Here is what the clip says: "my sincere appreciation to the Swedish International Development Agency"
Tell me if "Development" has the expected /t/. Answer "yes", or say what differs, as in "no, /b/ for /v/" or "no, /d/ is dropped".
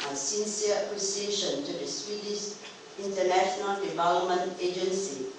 yes